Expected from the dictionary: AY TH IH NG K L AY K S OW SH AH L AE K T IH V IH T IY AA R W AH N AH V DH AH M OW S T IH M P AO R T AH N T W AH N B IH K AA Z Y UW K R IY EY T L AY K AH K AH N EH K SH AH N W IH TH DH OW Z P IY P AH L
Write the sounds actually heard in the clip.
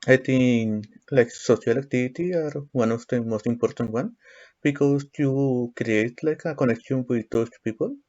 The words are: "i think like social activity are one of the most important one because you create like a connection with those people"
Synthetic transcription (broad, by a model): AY T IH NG L AY K S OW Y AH L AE K T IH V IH T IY AA R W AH N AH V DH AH M OW S T IH M P AO R T AH N T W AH N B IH K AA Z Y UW K R IY EY T L AY K AH K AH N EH K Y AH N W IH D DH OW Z P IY P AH L